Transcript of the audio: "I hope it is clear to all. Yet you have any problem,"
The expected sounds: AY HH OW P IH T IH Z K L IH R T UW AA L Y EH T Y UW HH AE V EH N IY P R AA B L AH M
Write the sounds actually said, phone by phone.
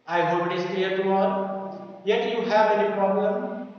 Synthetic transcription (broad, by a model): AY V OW B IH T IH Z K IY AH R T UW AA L Y EH T Y UW HH AE V EH N IY P R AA B L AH M